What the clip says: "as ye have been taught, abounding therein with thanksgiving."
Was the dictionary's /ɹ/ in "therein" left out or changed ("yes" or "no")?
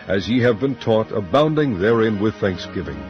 no